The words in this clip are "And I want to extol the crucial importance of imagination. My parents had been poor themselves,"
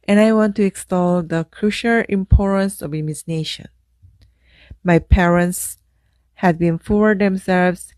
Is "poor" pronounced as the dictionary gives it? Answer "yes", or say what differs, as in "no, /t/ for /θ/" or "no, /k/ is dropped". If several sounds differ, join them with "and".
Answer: no, /f/ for /p/